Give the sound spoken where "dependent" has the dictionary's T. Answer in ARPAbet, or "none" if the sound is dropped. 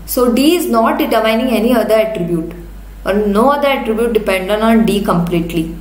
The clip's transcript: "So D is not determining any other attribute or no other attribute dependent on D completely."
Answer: none